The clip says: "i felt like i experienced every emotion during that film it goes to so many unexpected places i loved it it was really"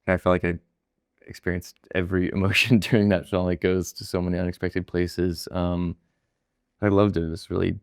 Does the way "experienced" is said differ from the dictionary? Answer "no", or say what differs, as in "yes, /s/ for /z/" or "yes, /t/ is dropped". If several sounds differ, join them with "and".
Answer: no